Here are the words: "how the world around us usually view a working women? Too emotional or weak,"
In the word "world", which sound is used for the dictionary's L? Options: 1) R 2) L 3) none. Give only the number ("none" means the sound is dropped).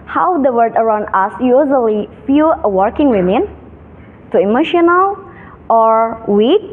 3